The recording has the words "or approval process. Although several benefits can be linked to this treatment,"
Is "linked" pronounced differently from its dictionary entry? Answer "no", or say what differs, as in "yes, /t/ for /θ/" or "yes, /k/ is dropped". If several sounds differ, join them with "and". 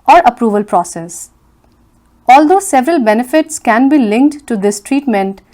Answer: no